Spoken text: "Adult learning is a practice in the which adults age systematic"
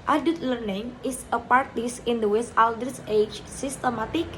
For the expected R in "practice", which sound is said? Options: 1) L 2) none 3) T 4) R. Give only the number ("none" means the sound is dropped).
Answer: 2